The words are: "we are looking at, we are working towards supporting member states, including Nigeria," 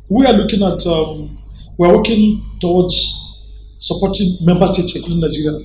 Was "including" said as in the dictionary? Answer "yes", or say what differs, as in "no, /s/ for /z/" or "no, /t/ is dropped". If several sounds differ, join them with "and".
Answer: no, /n/ is dropped and /l/ is dropped